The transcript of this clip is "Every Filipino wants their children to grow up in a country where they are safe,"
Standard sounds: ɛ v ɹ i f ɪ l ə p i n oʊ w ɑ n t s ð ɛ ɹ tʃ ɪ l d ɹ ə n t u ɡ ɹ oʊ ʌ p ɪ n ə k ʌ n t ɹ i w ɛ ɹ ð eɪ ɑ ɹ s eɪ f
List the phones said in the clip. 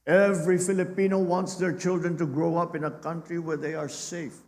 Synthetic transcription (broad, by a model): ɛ v ɹ i f ɪ l ə p i n oʊ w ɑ n t s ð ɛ ɹ tʃ ɪ l d ɹ ə n t u ɡ ɹ oʊ ʌ p ɪ n ə k ʌ n t ɹ i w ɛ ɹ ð eɪ ɑ ɹ s eɪ f